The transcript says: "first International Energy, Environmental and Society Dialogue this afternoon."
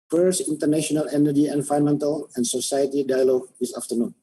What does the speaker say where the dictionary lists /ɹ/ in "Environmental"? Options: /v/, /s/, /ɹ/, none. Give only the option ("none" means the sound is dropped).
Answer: none